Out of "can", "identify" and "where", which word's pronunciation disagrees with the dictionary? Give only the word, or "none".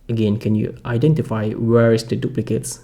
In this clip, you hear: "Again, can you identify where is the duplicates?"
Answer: none